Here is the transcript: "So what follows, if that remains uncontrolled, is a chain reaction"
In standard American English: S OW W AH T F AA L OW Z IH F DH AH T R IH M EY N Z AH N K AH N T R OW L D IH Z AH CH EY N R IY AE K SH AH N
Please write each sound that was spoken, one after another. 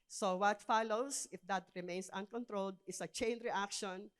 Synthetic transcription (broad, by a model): S OW W AH T F AA L OW S IH F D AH T R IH M EY N S AH N K AH N T R OW L D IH S AH CH EY N R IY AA K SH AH N